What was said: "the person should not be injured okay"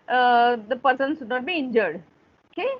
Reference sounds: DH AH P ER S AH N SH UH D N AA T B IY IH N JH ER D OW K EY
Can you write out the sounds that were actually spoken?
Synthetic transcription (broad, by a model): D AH P ER S AH N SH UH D N AA T B IY IH N JH ER D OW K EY